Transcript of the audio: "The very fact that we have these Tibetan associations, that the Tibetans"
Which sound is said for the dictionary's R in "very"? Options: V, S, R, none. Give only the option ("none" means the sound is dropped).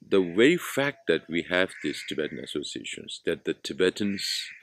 none